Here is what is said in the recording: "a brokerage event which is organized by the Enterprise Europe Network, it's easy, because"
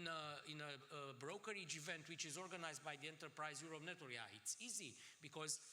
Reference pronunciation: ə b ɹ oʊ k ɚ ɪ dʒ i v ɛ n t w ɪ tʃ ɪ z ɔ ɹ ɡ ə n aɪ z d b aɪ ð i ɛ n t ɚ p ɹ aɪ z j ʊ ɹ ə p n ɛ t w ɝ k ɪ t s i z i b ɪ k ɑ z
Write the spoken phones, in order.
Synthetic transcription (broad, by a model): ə b ɹ oʊ k ɚ ɪ dʒ i v ɛ n t w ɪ tʃ ɪ z ɔ ɹ ɡ ə n aɪ z d b aɪ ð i ɛ n t ɚ p ɹ aɪ z j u ɹ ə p n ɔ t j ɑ ɪ t s i z i b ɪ k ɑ z